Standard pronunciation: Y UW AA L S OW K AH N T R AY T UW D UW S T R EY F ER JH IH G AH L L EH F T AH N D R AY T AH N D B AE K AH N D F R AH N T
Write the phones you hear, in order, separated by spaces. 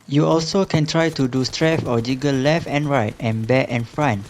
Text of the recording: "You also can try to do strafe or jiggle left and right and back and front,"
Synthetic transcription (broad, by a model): Y UW AA L S OW K AH N T R AY T UW D UW S T R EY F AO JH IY G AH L L EH F T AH N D R AY T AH N B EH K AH N F R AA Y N